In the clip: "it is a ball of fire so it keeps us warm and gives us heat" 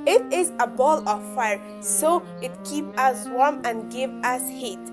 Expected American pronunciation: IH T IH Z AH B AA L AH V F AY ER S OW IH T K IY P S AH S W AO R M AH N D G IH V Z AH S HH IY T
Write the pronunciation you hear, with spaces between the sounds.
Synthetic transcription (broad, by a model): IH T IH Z AH B AA L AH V F AY ER S OW IH T K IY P AH S W AO R M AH N G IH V AH S HH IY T